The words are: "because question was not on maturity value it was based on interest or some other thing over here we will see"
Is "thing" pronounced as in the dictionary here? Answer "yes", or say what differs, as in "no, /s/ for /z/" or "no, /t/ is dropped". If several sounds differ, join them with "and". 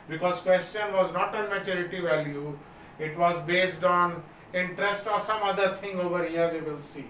no, /t/ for /θ/